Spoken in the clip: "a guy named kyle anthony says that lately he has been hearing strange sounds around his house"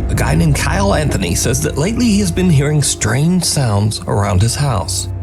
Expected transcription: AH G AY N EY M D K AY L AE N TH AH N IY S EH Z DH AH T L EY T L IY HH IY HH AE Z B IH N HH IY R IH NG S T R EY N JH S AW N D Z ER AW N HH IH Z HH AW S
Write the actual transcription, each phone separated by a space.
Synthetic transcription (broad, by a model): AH G AY N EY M K AY L AE N TH AH N IY S EH Z DH AH T L EY T L IY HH IY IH Z B IH N HH IY R IH NG S T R EY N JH S AW N D Z ER AW N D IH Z HH AW S